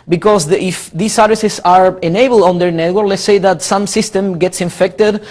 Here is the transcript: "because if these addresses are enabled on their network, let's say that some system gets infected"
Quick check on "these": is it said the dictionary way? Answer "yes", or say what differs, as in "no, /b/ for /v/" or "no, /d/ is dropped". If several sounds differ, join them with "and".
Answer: no, /s/ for /z/